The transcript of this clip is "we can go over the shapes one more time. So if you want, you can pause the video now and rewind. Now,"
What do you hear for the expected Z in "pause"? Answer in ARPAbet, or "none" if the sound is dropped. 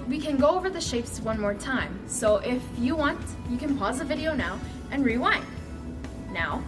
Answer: Z